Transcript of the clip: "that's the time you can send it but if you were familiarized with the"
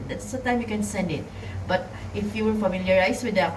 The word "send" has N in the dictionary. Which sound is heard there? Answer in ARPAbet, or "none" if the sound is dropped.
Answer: N